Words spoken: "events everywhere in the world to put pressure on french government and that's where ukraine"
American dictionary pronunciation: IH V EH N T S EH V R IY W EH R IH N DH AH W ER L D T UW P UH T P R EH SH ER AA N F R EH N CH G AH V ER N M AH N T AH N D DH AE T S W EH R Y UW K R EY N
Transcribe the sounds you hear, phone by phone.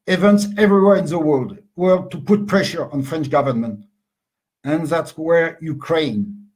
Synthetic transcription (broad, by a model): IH V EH N T S EH V R IY W EH R IH N DH AH W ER L D T UW P UH T P R EH SH ER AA N F R EH N CH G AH V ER N M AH N T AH N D DH AE T S W EH R Y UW K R EY N